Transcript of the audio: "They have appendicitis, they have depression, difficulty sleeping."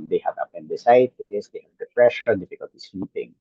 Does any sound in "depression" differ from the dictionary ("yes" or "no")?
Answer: yes